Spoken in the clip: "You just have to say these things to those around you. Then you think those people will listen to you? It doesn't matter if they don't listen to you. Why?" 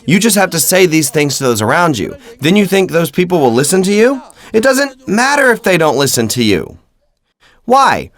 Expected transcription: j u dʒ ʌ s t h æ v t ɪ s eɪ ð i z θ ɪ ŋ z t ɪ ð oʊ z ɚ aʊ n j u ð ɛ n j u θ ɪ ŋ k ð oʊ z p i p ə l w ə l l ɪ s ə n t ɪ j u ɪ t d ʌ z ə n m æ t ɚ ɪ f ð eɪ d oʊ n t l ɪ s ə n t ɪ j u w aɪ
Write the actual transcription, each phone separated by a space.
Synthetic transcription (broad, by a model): j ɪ dʒ ʌ s t h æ f t ɪ s eɪ ð i z θ ɪ ŋ z t ɪ ð oʊ z ɚ aʊ n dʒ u ð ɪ n j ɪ θ ɪ ŋ k ð oʊ z p i p l w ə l l ɪ s ə n t ɪ j u ɪ t d ʌ z ə n m æ t ɚ ɪ f ð eɪ d oʊ n t l ɪ s ə n t ɪ j u w aɪ